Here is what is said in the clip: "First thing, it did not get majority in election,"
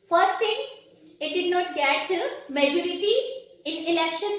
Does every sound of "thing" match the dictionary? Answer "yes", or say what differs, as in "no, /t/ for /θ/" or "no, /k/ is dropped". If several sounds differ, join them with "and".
no, /t/ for /θ/